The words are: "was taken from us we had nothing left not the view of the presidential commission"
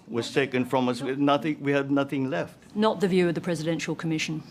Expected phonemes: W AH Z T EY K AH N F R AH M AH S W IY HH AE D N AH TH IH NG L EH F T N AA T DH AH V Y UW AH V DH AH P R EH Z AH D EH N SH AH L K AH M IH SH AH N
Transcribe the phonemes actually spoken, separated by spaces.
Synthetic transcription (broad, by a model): W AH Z T EY K AH N F R AH M AH S W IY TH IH D N AH TH IH NG L EH F T N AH T DH AH V Y UW AH V DH AH P R EH Z AH D EH N SH AH L K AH M IH SH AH N